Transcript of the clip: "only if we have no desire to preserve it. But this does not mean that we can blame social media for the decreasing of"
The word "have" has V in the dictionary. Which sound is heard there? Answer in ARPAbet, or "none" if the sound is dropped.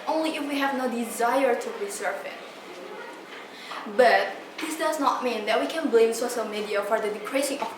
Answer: V